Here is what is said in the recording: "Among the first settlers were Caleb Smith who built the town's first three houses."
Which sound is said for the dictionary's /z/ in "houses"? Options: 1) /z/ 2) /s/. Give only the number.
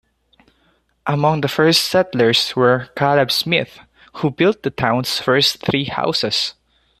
2